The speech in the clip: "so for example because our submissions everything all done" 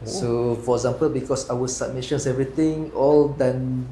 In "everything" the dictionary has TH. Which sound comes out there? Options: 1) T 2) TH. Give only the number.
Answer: 1